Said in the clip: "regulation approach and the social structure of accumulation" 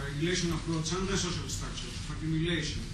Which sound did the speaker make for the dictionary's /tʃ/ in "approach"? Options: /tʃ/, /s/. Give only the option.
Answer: /s/